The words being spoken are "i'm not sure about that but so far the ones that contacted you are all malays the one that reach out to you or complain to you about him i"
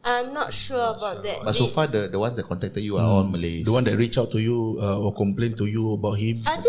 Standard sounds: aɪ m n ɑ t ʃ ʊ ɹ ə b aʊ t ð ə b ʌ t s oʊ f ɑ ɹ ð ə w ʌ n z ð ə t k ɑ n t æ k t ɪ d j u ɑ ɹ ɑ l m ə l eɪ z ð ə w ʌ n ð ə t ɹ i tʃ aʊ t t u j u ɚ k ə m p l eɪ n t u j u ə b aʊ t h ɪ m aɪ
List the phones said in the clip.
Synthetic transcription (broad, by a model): aɪ m n ɑ t ʃ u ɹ ə b aʊ t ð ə b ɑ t s oʊ f ɑ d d ə w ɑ n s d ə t k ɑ n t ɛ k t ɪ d j u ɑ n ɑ n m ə l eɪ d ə w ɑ n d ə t ɹ i tʃ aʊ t t u j u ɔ k ə m p l eɪ n t u j u ə b aʊ t h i m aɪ